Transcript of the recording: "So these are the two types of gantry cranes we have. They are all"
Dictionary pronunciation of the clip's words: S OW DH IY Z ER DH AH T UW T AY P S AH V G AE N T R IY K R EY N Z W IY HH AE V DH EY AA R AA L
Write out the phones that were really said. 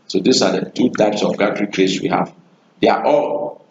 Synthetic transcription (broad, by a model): S OW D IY S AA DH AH T UW T AY P S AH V G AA T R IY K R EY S W IY HH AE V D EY AA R AA L